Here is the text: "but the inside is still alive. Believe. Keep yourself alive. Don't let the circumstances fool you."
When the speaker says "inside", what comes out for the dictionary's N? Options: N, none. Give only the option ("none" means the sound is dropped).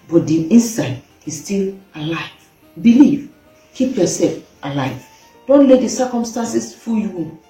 N